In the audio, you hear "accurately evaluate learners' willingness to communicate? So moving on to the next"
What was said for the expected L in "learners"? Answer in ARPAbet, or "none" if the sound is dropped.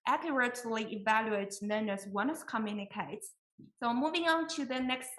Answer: N